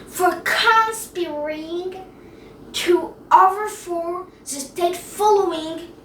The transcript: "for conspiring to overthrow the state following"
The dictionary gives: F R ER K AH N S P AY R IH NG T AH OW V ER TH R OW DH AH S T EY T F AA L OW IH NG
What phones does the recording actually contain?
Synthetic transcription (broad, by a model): F R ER K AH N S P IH R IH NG T AH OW V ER F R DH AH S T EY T F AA L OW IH NG